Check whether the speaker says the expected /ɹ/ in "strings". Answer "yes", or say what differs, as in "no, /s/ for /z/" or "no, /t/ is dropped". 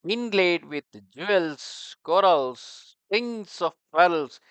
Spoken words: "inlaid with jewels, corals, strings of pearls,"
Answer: no, /ɹ/ is dropped